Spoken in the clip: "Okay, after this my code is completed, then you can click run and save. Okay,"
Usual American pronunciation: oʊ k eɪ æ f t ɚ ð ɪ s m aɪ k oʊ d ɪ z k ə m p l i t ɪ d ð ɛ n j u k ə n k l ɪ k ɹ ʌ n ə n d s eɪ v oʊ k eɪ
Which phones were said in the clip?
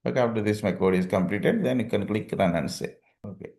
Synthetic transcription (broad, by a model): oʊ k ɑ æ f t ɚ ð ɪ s m aɪ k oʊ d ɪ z k ə m p l i t ɪ d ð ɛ n j u k ə n k l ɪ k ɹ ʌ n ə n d s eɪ oʊ k eɪ